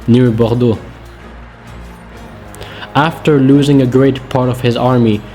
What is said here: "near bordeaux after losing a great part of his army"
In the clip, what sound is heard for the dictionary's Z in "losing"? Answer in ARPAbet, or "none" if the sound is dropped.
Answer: Z